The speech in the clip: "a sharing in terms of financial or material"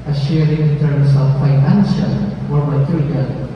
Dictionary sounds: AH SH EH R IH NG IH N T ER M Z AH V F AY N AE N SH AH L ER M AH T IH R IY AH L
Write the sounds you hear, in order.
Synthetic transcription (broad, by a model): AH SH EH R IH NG IH N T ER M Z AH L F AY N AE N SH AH W ER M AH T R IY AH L